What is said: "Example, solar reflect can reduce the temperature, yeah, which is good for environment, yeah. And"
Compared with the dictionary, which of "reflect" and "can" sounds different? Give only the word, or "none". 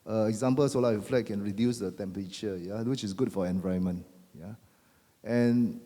reflect